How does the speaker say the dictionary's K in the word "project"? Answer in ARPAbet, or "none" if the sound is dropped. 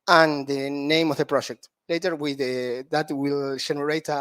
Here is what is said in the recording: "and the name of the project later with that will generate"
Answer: K